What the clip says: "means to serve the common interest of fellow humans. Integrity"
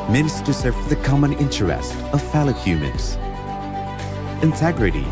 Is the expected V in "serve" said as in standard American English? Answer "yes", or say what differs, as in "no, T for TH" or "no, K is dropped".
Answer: no, F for V